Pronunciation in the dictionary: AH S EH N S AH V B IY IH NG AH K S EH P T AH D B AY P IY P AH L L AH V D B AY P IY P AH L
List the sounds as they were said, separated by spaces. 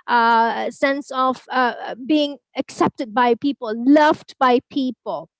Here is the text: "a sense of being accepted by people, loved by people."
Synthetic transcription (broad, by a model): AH S EH N S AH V B IY IH NG AH K S EH P T AH D B AY P IY P AH L L AH V D B AY P IY P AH L